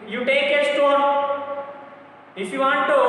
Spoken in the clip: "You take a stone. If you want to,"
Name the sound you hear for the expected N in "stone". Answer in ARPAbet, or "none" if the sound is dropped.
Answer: none